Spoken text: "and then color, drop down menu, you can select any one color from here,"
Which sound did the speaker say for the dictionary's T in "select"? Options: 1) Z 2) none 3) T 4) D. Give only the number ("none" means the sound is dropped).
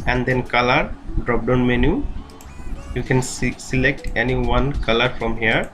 3